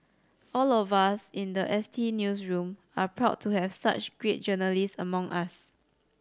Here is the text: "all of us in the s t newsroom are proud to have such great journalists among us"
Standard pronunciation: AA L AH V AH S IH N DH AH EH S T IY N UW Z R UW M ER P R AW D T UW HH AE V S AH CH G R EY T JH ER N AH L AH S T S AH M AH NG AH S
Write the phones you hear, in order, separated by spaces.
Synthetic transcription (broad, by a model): AA L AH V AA S IH N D AH EH S T IY N UW S R UW M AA P R AW D T UW HH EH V S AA CH G R EY T JH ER N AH L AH S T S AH M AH NG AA S